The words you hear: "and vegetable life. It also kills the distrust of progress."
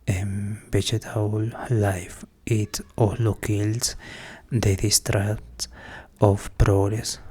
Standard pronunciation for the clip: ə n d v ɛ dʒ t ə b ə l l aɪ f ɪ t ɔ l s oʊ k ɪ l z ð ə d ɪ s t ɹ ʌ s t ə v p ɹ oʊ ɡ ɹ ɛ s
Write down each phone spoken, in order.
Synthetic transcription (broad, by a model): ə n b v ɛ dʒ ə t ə l l aɪ f ɪ t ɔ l oʊ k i l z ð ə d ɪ s t ɹ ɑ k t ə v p ɹ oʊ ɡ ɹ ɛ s